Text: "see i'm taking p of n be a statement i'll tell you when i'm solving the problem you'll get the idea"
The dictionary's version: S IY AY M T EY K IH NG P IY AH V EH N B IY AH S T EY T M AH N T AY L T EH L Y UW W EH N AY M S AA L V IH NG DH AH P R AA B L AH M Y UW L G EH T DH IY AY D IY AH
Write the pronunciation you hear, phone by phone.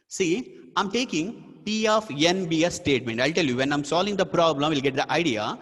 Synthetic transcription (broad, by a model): S IY AY M T EY K IH NG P IY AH F EH N B IY AH S T EY T M AH N T AY L T EH L Y UW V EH N AY M S AA L V IH NG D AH P R AA B L AH M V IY L G EH T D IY AY D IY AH